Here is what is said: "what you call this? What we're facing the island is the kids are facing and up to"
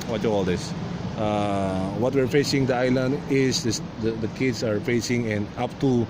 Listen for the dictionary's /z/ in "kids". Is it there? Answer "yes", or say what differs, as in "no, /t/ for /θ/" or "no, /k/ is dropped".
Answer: no, /s/ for /z/